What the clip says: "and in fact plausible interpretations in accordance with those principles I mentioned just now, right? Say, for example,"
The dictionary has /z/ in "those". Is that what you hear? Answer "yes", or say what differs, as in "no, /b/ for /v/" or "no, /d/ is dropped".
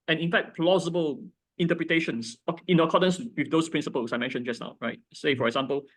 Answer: no, /s/ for /z/